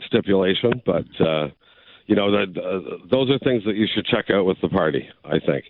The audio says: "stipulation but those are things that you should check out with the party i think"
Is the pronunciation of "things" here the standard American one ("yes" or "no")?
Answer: yes